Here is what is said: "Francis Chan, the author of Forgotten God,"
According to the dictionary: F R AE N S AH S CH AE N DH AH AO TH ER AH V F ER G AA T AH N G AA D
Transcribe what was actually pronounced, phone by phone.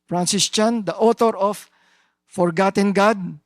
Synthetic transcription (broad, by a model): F R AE N S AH S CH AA N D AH AO T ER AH F F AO G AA T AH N G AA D